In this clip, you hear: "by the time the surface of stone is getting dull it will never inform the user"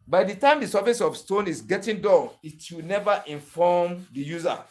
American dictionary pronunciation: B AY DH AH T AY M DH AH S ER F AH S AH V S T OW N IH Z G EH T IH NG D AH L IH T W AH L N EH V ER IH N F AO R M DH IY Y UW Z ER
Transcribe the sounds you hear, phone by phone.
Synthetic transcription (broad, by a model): B AY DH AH T AY M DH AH S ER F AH S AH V S T OW N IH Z G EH T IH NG D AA N IH T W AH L N EH V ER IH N F AO M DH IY Y UW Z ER